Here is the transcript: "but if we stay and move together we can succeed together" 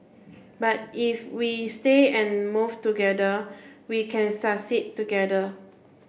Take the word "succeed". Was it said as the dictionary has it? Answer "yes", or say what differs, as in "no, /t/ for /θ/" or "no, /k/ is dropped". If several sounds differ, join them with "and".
no, /k/ is dropped